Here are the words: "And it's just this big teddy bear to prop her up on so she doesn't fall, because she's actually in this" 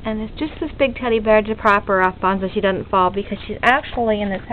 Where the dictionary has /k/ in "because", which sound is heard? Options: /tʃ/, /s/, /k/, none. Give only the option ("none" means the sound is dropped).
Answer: /k/